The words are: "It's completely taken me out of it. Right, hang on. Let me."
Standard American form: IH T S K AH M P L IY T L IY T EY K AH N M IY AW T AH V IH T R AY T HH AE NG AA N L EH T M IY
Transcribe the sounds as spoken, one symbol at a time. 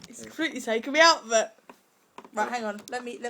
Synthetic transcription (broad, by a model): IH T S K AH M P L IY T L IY S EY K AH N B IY AW T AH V IH T R AY T HH AE NG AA N L EH T M IY